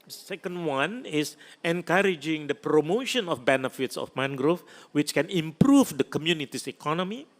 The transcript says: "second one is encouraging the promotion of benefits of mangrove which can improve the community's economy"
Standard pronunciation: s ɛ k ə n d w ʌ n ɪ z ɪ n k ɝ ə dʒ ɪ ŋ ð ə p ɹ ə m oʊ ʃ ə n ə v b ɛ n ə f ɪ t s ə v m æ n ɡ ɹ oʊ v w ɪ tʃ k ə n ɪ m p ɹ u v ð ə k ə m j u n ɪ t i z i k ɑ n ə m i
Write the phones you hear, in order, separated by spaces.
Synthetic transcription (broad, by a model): s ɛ k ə n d w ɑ n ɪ s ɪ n k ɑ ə dʒ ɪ ŋ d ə p ɹ ə m oʊ ʃ ə n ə f b ɛ n ə f ɪ t s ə f m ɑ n ɡ ɹ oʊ f w ɪ tʃ k ə n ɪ m p ɹ u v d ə k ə m j u n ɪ t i s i k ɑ n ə m i